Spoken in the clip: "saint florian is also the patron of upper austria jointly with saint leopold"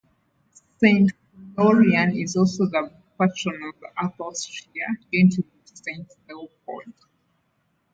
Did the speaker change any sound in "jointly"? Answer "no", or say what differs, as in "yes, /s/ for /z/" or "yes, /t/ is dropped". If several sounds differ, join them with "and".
yes, /l/ is dropped